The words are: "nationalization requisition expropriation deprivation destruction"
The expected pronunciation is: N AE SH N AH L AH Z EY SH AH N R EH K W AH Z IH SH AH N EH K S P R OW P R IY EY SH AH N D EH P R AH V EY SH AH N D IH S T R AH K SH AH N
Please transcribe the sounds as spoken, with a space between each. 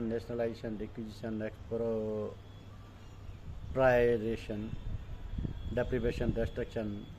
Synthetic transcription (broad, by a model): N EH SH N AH L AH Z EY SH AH N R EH K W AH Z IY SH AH N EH K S P R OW P R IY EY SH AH N D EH P R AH B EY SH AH N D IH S T R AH K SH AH N